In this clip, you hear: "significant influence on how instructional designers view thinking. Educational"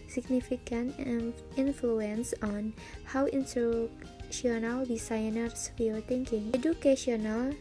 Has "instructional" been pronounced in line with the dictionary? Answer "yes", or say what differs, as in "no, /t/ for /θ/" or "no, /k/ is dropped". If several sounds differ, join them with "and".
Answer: no, /k/ is dropped